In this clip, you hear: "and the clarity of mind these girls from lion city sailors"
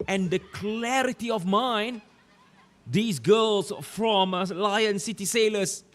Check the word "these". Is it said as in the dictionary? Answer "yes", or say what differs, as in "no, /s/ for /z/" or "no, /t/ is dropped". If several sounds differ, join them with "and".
no, /s/ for /z/